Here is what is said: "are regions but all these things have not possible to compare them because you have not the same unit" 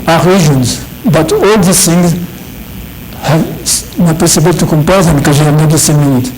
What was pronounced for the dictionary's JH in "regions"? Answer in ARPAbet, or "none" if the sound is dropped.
ZH